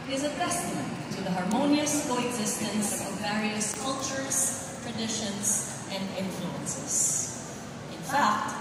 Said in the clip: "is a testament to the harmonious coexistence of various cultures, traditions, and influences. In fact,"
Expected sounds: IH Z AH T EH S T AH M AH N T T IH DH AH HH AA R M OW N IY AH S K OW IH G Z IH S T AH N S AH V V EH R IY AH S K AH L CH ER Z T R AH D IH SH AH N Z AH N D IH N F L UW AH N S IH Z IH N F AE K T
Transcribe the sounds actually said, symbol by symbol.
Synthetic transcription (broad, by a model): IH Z AH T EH S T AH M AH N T T IH DH AH HH AA R M OW N IY AH S K OW IH G Z IH S T AH N S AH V V EH R IY AH S K AH L CH ER Z T R AH D IH SH AH N Z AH N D IH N F L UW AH N S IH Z IH N F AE K T